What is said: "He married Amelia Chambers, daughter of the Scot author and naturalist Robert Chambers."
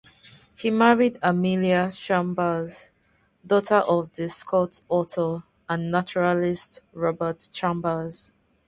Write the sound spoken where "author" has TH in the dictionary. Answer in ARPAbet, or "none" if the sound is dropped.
T